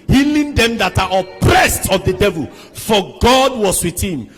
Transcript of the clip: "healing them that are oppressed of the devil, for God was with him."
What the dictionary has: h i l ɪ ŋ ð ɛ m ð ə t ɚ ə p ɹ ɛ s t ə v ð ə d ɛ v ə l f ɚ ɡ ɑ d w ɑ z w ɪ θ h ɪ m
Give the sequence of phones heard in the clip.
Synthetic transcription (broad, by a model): h i l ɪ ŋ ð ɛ m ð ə t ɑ ə p ɹ ɛ s t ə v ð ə d ɛ v ə l f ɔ ɡ ɑ d w ɑ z w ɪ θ h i m